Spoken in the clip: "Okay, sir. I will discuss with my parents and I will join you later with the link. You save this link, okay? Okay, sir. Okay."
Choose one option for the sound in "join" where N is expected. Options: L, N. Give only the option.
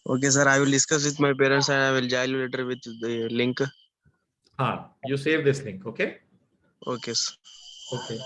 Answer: L